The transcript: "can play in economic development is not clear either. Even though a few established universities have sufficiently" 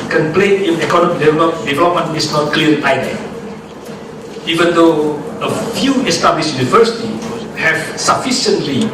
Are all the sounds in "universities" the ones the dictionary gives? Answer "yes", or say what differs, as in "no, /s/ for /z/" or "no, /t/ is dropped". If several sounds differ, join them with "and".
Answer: no, /z/ is dropped